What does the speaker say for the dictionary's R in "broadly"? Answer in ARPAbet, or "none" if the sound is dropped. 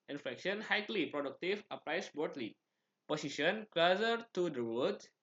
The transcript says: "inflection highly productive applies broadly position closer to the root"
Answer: none